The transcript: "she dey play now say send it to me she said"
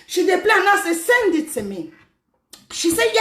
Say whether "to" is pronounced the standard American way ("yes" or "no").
no